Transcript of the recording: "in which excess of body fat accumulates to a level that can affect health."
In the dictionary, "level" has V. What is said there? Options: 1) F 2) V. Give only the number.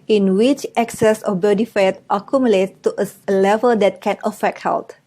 2